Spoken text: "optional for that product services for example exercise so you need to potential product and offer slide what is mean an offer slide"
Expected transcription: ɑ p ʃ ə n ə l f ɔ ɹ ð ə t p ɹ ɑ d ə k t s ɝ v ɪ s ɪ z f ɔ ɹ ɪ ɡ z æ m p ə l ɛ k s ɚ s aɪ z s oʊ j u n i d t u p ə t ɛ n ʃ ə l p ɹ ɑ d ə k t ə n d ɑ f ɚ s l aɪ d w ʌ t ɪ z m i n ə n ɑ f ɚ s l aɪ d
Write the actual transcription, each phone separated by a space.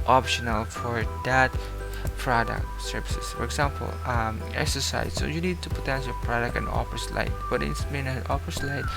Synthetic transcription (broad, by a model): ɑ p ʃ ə n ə l f ɔ ɹ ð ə t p ɹ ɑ d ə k s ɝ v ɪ s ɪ s f ɔ ɹ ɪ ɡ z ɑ m p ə l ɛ k s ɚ s aɪ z s oʊ j u n i d t u p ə t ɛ n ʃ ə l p ɹ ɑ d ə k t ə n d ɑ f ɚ s l aɪ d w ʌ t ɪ s m i n ə n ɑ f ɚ s l aɪ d